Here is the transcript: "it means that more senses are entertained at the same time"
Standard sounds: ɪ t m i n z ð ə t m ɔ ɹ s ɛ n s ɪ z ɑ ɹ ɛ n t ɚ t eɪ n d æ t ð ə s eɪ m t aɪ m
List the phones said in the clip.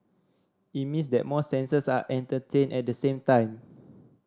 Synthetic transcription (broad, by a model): ɪ t m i n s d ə t m ɔ s ɛ n s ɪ s ɑ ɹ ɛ n t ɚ t eɪ n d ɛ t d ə s eɪ m t aɪ m